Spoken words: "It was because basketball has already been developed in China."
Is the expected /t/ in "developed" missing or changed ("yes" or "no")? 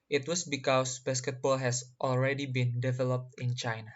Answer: no